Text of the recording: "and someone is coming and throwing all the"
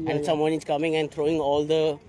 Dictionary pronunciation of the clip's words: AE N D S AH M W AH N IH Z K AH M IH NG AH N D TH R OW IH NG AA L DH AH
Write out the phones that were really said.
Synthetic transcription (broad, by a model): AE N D S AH M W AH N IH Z K AH M IH NG AH N D T R OW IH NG AA L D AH